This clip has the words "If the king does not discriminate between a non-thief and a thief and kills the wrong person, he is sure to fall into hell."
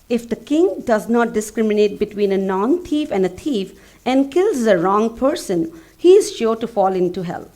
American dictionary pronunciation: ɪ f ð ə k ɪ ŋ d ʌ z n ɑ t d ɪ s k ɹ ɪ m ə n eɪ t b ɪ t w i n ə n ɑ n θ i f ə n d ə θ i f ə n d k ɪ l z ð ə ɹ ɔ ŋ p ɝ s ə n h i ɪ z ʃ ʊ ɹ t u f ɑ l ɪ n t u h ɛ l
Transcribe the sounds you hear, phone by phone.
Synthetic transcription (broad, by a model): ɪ f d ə k ɪ ŋ d ʌ z n ɑ t d ɪ s k ɹ ɪ m ə n eɪ t b ɪ t w i n ə n ɑ n t i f ə n d ə t i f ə n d k ɪ l z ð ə ɹ ɔ ŋ p ɝ s ə n h i ɪ z ʃ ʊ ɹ t u f ɑ l ɪ n t u h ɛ l